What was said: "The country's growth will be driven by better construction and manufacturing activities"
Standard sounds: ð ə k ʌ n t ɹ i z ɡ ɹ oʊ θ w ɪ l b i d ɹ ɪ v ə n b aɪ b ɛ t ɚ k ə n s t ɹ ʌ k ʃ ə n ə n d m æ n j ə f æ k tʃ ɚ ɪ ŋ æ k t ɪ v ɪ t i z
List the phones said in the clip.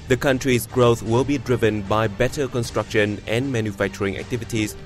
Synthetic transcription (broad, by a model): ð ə k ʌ n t ɹ i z ɡ ɹ oʊ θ w ɪ l b i d ɹ ɪ v ə n b aɪ b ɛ t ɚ k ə n s t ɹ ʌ k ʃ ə n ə n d m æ n j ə f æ k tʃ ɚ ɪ ŋ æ k t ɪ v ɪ t i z